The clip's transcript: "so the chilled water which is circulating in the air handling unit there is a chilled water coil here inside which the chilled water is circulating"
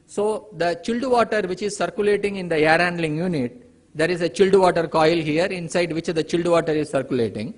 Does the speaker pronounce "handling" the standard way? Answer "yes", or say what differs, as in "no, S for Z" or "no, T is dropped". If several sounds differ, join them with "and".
yes